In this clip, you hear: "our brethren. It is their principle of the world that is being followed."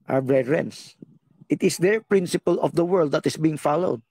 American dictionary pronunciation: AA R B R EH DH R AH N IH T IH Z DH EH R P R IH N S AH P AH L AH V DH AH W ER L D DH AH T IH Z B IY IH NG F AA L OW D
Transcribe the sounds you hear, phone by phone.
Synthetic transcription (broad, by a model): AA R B R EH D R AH N IH T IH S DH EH R P R IH N S AH P AH L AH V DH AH W ER L D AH T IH S B IY IH NG F AA L OW D